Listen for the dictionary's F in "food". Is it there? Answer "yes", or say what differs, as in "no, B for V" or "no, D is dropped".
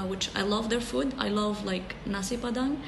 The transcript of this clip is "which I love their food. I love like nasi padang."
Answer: yes